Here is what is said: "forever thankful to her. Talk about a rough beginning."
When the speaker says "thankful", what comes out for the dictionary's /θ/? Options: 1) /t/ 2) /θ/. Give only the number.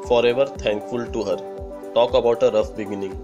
1